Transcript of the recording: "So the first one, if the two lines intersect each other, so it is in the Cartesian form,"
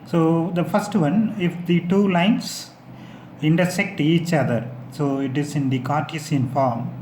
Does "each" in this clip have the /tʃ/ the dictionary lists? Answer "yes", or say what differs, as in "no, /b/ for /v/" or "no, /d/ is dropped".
yes